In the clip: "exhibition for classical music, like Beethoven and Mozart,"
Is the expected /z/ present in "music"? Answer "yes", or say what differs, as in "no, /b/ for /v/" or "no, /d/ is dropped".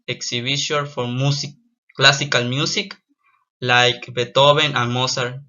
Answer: no, /s/ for /z/